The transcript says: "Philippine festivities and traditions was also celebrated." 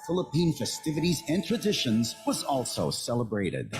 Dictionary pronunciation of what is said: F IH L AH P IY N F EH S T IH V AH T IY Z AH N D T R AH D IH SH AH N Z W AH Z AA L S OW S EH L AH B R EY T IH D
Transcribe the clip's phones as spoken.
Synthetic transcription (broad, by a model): F IH L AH P IY N F EH S T IH V AH T IY Z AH N T R AH D IH SH AH N Z W AH Z AA L S OW S EH L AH B R EY T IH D